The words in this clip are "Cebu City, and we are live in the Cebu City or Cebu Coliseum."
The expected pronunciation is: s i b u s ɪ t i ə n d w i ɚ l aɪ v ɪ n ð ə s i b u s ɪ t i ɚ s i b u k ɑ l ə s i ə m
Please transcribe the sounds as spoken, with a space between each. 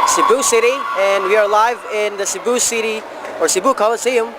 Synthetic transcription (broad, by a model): s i b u s ɪ t i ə n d w i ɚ l aɪ v ɪ n ð ə s i b u s ɪ t i ɚ s i b u k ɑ l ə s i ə m